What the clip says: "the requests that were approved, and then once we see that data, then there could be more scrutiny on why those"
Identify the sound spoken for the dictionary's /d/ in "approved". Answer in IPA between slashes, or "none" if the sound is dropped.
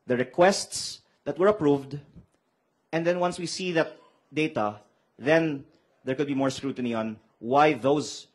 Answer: /d/